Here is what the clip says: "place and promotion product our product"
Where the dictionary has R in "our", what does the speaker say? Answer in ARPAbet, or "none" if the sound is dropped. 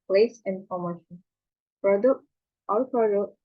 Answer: L